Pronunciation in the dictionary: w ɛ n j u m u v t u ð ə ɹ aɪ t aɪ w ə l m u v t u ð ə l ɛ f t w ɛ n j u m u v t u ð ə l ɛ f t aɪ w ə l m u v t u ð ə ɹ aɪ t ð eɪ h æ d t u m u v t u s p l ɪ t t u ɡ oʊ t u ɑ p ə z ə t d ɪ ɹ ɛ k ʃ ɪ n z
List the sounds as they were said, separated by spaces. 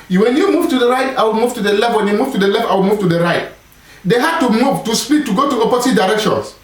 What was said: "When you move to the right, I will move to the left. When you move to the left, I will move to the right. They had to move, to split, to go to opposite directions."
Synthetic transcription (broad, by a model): w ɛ n j u m u v t u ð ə ɹ aɪ t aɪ w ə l m u v t u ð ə l ɛ f t w ɛ n j u m u v t u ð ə l ɛ f t aɪ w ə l m u v t u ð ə ɹ aɪ t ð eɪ h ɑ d t u m u v t u s p i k t u ɡ oʊ t u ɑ p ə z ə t d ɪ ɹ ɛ k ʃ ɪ n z